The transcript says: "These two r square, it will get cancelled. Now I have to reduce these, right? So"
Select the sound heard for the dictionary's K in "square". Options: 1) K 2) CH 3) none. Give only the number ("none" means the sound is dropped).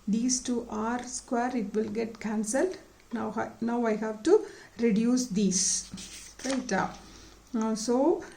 1